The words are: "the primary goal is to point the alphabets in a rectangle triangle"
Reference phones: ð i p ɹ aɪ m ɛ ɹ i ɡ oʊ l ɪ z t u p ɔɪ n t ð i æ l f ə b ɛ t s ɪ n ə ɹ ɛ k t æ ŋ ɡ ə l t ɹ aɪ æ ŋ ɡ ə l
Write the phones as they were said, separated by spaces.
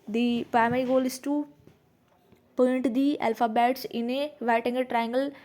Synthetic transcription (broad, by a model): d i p aɪ m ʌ i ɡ oʊ l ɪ s t u p ɔɪ n t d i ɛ l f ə b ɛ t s ɪ n ə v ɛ t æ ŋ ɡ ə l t ɹ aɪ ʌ ŋ ɡ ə l